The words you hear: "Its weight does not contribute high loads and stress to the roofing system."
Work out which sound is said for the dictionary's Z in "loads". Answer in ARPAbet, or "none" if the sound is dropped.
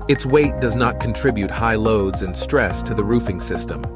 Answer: Z